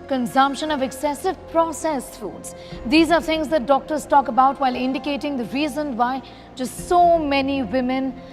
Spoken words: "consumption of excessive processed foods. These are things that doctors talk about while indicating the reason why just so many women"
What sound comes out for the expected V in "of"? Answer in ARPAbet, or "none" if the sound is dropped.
V